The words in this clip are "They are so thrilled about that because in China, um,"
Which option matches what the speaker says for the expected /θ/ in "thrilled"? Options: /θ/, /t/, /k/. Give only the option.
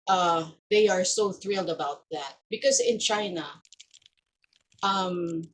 /θ/